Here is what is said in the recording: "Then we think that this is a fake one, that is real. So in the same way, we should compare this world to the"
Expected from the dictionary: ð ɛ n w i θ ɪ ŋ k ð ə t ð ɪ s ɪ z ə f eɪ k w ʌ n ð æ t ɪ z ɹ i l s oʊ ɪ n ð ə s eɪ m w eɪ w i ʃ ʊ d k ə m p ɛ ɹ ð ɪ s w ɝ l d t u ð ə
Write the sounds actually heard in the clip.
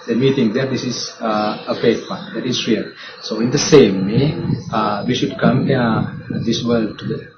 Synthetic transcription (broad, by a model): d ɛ n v i t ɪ ŋ k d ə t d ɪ s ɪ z ə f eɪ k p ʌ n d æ t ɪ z ɹ i l s oʊ ɪ n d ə s eɪ m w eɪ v i ʃ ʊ d k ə m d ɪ s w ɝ l d t u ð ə